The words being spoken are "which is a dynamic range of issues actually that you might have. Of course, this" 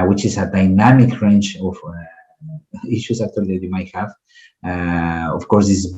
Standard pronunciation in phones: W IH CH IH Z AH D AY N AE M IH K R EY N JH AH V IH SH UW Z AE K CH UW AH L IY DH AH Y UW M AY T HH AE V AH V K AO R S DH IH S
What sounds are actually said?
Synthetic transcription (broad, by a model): W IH CH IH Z AH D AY N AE M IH K R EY N CH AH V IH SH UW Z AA K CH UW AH L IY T Y UW M AY T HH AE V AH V K AO R S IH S